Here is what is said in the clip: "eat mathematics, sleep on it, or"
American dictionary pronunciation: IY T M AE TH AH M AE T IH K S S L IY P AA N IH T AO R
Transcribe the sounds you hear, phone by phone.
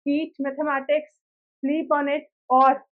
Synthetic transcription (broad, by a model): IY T M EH T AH M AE T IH K S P L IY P AA N IH T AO R